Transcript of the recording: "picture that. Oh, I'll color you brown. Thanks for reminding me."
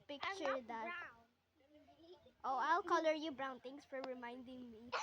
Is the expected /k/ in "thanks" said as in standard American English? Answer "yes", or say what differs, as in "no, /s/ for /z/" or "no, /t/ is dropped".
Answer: no, /k/ is dropped